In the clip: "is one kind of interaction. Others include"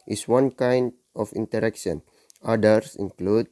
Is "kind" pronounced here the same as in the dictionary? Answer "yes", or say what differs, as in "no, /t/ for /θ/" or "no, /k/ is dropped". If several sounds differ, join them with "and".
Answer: yes